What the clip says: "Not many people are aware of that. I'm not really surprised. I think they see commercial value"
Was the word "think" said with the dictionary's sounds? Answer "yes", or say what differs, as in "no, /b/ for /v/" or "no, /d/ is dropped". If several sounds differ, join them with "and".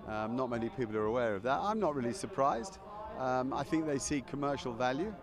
yes